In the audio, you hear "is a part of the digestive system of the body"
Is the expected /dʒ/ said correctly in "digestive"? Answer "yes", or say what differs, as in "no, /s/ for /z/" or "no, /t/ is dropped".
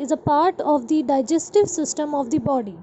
yes